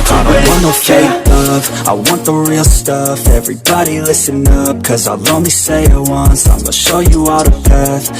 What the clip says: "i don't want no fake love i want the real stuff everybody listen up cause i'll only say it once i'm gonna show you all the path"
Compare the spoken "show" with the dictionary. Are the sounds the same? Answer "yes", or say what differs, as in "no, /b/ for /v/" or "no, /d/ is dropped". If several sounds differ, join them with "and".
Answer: yes